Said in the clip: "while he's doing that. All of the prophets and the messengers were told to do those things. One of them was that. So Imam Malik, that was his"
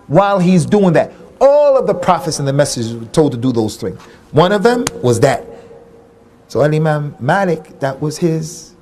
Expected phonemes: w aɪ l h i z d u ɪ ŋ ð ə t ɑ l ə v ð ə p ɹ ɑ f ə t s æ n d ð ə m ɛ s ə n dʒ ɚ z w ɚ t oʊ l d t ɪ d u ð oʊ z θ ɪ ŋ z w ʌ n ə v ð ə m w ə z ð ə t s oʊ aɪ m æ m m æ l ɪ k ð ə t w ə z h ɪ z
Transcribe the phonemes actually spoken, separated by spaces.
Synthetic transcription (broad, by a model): w aɪ l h i z d u ɪ ŋ ð ə t ɑ l ə v ð ə p ɹ ɑ f ə t s n ð ə m ɛ s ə dʒ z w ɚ t oʊ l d t ɪ d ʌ ð oʊ z θ ɪ ŋ z w ʌ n ə v ð ə m w ə z ð ə t s oʊ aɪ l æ m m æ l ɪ k ð ə t w ə z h ɪ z